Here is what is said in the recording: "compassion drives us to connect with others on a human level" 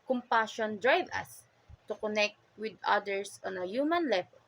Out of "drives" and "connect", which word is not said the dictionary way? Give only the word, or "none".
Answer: drives